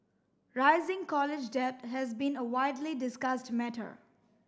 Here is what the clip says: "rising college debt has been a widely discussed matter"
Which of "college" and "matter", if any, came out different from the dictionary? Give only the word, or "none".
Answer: none